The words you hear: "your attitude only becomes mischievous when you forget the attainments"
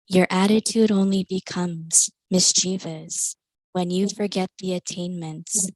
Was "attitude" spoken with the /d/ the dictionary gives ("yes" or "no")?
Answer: yes